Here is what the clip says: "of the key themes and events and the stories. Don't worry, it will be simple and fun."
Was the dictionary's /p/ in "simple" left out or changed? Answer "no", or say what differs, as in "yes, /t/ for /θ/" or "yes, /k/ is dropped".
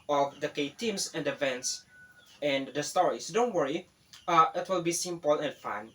no